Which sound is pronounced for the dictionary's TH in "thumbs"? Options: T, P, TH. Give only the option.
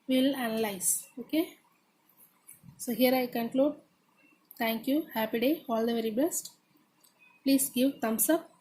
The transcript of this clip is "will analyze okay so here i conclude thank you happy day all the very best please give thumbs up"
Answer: T